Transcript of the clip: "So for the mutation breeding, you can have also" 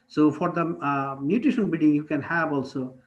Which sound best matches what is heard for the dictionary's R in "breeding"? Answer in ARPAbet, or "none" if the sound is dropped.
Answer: none